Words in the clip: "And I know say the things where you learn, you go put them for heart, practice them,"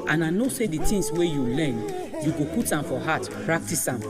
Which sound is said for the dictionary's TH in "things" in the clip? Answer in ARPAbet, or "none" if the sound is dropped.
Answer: T